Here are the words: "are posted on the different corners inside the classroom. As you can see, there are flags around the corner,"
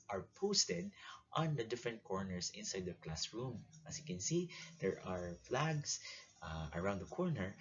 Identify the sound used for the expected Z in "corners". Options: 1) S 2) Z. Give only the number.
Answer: 1